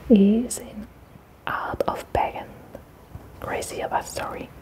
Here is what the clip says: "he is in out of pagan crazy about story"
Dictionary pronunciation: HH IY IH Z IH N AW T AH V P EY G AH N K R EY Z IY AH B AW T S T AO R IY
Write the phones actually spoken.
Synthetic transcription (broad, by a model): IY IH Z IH N AW T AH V B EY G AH N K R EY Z IY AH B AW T S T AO R IY